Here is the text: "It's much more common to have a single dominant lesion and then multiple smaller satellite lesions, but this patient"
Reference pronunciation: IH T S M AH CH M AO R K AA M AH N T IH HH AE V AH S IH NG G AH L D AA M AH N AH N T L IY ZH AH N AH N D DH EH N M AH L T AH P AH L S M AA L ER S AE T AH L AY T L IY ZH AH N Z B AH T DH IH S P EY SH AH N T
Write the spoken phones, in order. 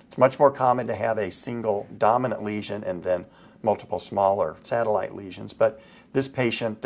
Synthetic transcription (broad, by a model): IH T S M AH CH M AO R K AA M AH N T IH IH V AH S IH NG G L D AA M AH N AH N T L IY ZH AH N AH N DH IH N M AH L T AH P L S M AA L ER S AE T AH L AY T L IY ZH AH N Z B AH T DH IH S P EY SH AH N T